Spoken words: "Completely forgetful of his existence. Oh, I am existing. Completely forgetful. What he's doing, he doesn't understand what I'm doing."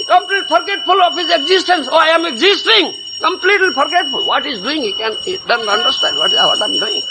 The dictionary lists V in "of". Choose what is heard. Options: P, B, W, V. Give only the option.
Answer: P